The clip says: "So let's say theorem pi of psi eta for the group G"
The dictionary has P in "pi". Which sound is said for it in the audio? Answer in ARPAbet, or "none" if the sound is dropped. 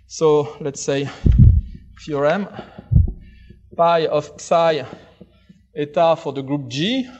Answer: P